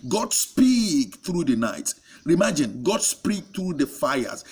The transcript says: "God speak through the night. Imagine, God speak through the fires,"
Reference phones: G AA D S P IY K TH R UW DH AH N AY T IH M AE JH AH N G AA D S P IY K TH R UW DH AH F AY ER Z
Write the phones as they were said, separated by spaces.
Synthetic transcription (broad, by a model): G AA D S P IY K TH R UW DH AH N AY T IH M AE JH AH N G AA D S P IY K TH R UW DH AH F AY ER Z